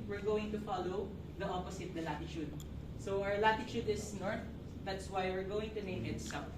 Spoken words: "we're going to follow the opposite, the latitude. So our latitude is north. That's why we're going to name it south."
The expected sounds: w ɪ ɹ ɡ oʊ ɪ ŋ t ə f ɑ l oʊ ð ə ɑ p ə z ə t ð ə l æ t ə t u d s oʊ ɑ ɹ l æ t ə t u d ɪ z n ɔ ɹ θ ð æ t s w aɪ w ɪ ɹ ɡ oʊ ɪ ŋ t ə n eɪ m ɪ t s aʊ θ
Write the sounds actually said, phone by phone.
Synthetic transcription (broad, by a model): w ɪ ɹ ɡ oʊ ɪ ŋ t ə f ɑ l oʊ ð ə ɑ p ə s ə t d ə l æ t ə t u d s oʊ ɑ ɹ l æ t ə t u d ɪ s n ɔ ɹ θ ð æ t s w aɪ w ɪ ɹ ɡ oʊ ɪ ŋ t ə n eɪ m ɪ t s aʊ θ